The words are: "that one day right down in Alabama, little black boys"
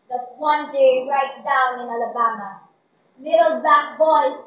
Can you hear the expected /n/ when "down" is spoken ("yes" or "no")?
yes